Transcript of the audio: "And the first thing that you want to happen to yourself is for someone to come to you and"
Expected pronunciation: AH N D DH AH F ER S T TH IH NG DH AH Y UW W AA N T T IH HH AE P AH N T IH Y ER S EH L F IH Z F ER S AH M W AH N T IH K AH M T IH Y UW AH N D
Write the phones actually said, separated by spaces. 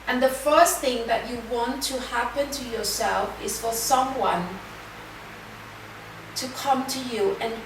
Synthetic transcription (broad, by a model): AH N DH AH F ER S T TH IH NG DH AH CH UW W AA N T T IH HH AE P AH N T IH Y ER S EH L F IH Z F ER S AH M W AH N T IH K AH M T IH Y UW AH N